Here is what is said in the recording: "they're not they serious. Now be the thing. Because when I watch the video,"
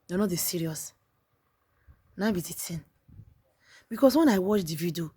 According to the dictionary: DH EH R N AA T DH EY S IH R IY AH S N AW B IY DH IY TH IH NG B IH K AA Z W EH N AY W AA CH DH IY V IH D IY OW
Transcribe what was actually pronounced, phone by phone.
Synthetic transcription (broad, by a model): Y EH N AA T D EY S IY R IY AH S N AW B IY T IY T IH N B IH K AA S W EH N AY W AA CH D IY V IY D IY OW